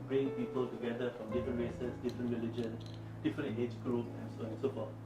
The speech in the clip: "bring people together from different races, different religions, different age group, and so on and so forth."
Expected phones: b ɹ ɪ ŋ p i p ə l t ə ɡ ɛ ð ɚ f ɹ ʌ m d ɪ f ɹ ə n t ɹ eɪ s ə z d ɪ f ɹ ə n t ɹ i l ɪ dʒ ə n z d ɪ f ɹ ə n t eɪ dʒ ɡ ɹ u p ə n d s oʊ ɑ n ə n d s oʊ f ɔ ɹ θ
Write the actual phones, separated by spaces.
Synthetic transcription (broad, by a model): b ɹ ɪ ŋ p i p ə l t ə ɡ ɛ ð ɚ f ɹ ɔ m d ɪ f ɹ ə n t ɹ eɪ s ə s d ɪ f ɹ ə n t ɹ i l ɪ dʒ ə n d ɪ f ɹ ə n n eɪ dʒ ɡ ɹ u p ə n s oʊ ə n s oʊ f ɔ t